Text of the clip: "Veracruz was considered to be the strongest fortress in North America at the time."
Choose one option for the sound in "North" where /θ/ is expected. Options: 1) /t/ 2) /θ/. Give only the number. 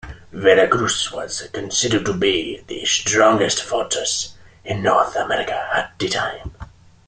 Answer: 2